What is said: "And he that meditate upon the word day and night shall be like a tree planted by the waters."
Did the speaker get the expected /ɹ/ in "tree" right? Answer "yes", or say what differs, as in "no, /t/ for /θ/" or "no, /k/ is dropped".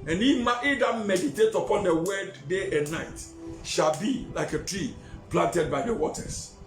yes